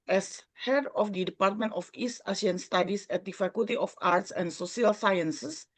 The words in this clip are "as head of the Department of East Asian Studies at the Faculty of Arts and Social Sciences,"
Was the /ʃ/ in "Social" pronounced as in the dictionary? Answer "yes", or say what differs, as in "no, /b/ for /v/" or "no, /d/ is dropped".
no, /ʃ/ is dropped